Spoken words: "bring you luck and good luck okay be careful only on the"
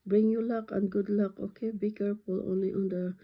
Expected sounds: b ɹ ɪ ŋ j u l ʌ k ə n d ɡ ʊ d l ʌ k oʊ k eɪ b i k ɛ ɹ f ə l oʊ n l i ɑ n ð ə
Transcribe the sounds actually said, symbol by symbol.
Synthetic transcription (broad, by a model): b ɹ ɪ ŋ j u l ʌ k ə n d ɡ ʊ d l ʌ k oʊ k eɪ b i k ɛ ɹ p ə l oʊ n l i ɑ n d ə